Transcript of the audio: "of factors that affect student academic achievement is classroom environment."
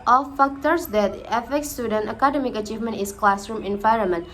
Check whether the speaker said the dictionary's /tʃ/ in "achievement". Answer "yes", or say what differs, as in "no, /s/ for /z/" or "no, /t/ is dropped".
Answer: yes